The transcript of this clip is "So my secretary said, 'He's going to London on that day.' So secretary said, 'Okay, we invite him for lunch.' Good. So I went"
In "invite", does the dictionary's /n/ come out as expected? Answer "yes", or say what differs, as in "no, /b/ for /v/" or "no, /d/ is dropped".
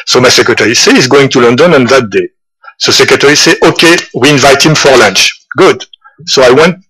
yes